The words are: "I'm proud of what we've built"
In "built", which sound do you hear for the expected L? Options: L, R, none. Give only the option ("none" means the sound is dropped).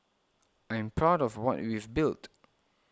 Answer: L